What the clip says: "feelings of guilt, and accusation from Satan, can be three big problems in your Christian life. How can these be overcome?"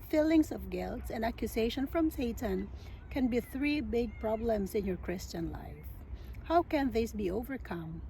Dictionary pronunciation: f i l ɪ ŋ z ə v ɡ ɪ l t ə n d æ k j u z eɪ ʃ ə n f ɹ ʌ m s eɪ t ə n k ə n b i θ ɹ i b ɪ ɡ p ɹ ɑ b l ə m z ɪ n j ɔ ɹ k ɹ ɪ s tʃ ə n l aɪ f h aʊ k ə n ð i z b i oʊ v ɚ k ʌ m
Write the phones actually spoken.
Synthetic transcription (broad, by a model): f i l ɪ ŋ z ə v ɡ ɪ l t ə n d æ k j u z eɪ ʃ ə n f ɹ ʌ m s eɪ t ə n k ə n b i θ ɹ i b ɪ ɡ p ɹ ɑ b l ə m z ɪ n j ɔ ɹ k ɹ ɪ s tʃ ə n l aɪ f h aʊ k ə n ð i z b i oʊ v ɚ k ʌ m